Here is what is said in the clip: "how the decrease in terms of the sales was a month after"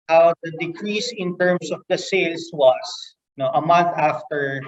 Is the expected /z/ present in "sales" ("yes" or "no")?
no